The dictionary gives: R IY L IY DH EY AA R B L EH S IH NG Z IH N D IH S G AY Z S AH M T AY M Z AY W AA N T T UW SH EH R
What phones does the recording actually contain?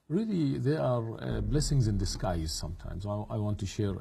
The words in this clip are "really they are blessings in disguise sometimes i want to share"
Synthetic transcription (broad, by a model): R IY L IY DH EY AA R B L EH S IH NG Z IH N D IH S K AY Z S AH M T AY M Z AY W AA N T T UW SH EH R